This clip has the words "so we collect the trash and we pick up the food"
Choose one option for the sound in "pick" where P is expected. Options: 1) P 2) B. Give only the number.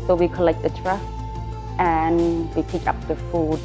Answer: 1